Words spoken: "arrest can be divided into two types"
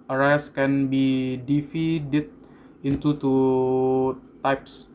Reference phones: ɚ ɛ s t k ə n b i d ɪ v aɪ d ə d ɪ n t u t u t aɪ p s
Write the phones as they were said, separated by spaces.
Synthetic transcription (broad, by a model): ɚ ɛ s k ə n b i d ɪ f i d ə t ɪ n t u t u t aɪ p s